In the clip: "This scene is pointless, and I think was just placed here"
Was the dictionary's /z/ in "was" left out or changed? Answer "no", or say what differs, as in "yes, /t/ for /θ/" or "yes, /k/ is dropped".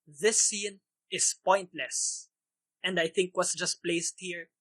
yes, /s/ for /z/